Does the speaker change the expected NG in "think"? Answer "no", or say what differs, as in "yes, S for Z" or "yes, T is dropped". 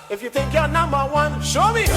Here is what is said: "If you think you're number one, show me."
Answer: yes, NG is dropped